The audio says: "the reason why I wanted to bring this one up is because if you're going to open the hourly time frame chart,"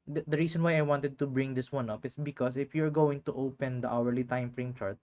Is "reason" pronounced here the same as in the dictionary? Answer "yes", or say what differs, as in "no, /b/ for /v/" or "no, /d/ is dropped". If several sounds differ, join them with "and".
no, /s/ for /z/